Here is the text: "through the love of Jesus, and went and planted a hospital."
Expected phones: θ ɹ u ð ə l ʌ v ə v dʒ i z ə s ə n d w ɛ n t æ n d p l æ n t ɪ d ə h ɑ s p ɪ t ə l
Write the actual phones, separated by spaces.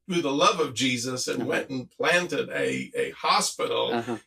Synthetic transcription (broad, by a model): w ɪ ð ə l ʌ v ə v dʒ i z ə s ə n w ɛ n t n p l æ n t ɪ d ə h ɑ s p ɪ t l